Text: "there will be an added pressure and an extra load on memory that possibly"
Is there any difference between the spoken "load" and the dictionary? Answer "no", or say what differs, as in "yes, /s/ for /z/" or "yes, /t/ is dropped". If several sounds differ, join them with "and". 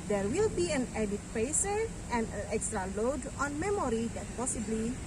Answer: no